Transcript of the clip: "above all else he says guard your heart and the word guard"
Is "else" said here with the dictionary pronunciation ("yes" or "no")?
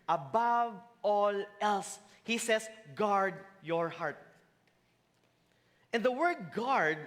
yes